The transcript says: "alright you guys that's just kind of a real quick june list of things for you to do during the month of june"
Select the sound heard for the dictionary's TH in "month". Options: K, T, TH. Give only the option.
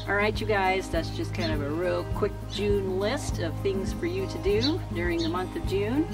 TH